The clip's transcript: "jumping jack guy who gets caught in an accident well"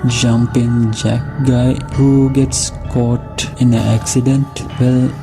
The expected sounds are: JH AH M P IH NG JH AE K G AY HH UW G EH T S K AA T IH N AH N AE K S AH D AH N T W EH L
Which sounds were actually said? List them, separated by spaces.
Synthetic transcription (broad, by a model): JH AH M P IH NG JH AE K G AY HH UW G EH T S K AA T IH N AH AE K S AH D AH N T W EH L